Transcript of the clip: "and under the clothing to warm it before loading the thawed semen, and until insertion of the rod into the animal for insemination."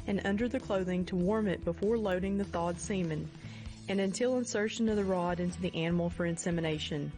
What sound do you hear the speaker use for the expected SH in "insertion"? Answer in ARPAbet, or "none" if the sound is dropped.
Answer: SH